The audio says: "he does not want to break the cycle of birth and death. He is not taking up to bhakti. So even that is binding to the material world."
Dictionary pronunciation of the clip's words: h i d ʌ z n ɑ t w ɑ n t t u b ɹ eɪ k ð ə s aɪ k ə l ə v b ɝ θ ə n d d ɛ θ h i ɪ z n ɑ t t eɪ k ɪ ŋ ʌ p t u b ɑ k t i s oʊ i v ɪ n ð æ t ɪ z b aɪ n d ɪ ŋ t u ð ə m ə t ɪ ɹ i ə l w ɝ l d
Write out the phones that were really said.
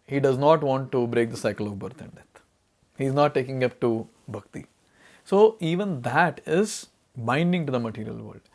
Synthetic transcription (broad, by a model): h i d ʌ z n ɑ t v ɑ n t t u b ɹ eɪ k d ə s aɪ k ə l ə v b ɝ t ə n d d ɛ t h i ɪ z n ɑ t t eɪ k ɪ ŋ ʌ p t u b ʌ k t i s oʊ i v ɪ n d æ t ɪ z b aɪ n d ɪ ŋ t u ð ə m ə t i ɹ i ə l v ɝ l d